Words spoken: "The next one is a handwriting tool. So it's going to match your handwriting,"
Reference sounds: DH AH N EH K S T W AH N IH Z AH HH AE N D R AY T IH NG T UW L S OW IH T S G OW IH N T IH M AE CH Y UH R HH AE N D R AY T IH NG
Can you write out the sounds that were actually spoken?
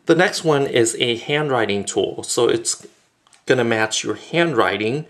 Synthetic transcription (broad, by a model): DH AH N EH K S T W AH N IH Z AH HH AE N D R AY T IH NG T UW L S OW IH T S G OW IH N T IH M AE CH Y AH R HH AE N D R AY T IH NG